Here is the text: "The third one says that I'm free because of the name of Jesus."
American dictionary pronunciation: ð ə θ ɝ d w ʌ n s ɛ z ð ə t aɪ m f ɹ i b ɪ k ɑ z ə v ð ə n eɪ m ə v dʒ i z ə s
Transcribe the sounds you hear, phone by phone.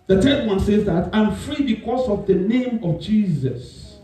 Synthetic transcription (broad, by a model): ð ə t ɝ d w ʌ n s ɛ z ð ə t aɪ m f ɹ i b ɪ k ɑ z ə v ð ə n eɪ m ə v dʒ i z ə s